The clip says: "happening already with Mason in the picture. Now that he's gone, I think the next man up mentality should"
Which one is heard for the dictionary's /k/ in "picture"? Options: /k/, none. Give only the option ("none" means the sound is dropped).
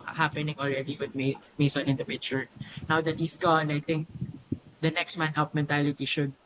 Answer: none